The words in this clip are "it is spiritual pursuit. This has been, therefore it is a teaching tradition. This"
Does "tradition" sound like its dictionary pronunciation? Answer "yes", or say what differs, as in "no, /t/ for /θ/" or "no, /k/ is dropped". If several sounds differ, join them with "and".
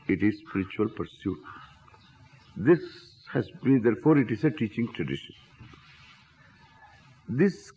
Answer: yes